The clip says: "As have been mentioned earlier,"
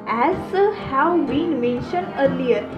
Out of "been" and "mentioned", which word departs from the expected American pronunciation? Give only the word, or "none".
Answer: none